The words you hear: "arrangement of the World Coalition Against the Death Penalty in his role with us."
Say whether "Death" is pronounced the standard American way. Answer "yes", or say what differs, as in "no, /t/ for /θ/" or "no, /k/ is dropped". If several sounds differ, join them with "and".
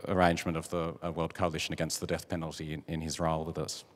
yes